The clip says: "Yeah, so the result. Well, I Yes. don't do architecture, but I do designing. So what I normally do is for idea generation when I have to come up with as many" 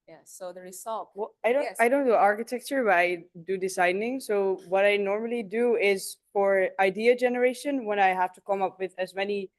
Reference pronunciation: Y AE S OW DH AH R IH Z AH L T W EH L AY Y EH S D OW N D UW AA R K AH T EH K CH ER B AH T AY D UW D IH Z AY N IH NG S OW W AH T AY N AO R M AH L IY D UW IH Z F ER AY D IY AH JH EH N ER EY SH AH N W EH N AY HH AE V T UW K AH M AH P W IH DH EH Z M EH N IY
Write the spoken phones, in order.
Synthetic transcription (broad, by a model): Y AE S OW DH AH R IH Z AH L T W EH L AY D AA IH D OW N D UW AA R K AH T EH K CH ER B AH T AY D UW D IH S AY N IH NG S OW W AH T AY N AO R M AH L IY D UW IH Z F ER AY D IY AH JH EH N ER EY SH AH N W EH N AY HH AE F T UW K AH M AH P W IH DH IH Z M EH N IY